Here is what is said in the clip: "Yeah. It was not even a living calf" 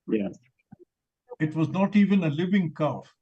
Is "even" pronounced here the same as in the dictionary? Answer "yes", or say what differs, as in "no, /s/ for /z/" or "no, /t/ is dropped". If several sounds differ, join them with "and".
yes